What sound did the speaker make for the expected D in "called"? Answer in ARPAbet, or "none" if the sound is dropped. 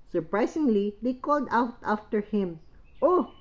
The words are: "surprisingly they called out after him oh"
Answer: D